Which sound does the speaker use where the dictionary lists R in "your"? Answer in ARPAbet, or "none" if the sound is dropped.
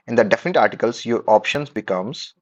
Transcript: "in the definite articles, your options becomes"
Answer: R